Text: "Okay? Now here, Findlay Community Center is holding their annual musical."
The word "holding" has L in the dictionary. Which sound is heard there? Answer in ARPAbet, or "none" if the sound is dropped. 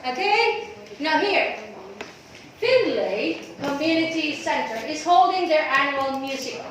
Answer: L